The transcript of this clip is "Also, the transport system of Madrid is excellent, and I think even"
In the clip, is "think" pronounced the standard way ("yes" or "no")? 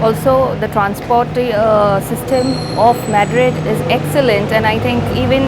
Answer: no